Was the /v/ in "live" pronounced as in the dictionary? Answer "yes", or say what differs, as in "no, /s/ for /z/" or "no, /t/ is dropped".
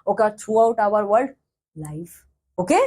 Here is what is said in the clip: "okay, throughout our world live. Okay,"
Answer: no, /f/ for /v/